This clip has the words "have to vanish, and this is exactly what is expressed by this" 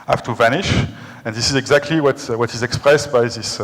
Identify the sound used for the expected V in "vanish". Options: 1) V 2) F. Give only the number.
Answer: 1